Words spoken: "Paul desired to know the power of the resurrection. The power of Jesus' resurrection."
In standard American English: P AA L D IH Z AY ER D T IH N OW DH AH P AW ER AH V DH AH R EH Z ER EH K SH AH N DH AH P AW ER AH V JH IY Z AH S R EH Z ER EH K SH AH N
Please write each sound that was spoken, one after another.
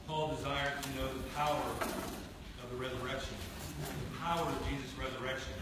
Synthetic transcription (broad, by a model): P AA L D IH Z AY ER D T IH N OW DH AH P AW ER AH V DH AH R EH Z ER EH K SH AH N DH AH P AW ER AH V JH IY Z AH S R EH Z ER EH K SH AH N